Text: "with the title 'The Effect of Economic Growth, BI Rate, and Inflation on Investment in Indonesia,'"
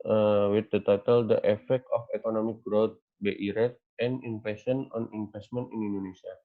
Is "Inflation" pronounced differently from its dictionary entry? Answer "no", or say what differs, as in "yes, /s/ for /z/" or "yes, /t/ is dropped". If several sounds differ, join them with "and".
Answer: yes, /l/ is dropped